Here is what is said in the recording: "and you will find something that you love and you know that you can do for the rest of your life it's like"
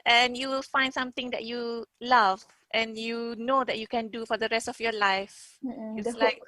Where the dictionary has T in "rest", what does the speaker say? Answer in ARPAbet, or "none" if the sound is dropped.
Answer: T